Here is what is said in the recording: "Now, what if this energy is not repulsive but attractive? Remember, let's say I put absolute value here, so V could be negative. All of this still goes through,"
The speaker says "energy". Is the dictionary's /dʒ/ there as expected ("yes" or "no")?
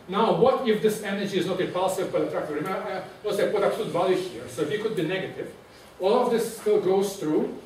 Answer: yes